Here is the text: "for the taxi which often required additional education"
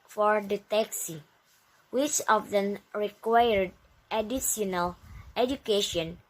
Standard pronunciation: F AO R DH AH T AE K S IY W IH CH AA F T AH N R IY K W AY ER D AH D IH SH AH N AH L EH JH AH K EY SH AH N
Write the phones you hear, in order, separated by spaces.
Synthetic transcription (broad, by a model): F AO R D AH T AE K S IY W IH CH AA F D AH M R IY K W AY ER D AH D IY S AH N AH L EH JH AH K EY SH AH N